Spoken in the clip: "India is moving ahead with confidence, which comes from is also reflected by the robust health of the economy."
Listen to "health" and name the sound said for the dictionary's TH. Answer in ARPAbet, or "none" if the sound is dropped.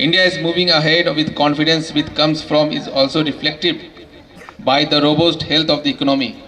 T